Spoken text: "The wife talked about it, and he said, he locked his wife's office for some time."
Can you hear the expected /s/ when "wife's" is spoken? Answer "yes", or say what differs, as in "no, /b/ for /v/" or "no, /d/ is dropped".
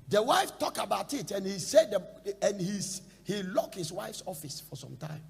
yes